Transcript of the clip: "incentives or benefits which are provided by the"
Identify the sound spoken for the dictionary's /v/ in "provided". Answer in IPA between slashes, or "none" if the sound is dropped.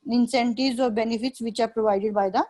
/v/